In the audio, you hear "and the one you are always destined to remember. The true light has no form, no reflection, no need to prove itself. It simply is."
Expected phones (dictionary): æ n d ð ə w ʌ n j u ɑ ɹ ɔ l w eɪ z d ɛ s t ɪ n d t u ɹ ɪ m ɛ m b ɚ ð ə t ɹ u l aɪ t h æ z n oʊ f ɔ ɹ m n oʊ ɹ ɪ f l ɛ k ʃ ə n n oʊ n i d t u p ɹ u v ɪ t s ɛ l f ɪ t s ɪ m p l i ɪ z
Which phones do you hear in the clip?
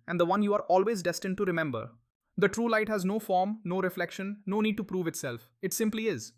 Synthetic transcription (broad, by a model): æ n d ə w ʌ n j u ɑ ɹ ɔ l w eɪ z d ɛ s t ɪ n d t u ɹ ɪ m ɛ m b ɚ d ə t ɹ u l aɪ t h æ z n oʊ f ɔ ɹ m n oʊ ɹ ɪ f l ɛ k ʃ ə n n oʊ n i d t u p ɹ u v ɪ t s ɛ l f ɪ t s ɪ m p l i ɪ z